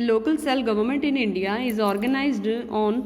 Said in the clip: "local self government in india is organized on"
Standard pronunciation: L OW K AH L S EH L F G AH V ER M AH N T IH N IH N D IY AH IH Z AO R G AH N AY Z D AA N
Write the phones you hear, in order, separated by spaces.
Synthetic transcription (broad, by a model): L OW K AH L S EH L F G AH V ER M AH N T IH N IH N D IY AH IH Z AO R G AH N AY Z D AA N